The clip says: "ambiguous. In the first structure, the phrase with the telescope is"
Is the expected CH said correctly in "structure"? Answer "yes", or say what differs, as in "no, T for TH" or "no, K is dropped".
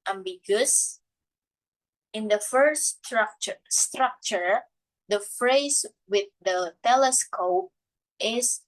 yes